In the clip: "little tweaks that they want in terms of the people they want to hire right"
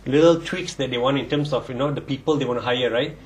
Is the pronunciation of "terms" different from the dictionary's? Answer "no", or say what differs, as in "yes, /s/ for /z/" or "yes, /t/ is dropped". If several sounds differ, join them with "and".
yes, /s/ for /z/